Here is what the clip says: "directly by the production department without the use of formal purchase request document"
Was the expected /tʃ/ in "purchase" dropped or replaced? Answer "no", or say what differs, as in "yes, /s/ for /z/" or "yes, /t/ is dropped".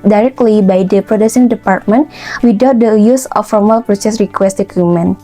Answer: yes, /s/ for /tʃ/